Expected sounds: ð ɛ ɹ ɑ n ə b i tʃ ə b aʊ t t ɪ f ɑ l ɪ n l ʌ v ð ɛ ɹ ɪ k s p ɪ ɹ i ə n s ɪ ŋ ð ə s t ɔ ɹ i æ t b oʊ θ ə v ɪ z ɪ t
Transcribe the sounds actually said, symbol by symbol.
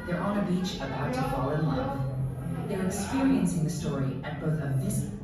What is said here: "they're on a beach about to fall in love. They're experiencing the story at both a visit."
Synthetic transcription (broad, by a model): ð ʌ ɹ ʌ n ə b i tʃ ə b aʊ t t ɪ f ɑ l ɪ n l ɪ f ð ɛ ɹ ɪ k s p ɪ ɹ i ə n s ɪ ŋ ð ə s t ɔ ɹ i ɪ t b oʊ θ ə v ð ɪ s